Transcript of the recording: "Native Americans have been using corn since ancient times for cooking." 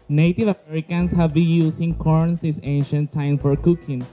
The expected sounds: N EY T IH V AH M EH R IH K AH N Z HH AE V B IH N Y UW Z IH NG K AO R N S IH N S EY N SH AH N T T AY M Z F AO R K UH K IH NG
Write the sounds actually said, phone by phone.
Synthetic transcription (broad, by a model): N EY T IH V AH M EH R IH K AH N S HH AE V B IH N Y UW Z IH NG K AO R N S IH S EY N SH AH N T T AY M F AO R K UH K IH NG